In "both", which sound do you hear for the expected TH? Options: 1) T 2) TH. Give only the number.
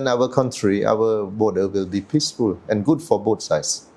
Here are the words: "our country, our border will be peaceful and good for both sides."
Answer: 1